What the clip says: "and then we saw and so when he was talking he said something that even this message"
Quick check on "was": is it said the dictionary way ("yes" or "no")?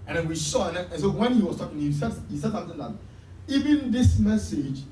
no